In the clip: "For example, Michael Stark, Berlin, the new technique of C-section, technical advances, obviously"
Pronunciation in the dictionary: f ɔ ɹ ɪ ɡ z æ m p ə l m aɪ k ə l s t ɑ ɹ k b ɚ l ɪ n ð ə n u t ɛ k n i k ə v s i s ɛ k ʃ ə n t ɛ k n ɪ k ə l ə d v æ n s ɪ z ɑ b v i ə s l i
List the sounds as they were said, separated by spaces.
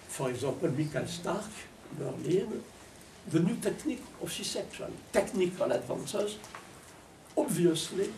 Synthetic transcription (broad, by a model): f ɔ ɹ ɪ ɡ z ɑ p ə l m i k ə l s t ɑ ɹ k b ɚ l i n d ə n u t ɛ k n i k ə s i s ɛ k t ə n t ɛ k n ɪ k ə l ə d v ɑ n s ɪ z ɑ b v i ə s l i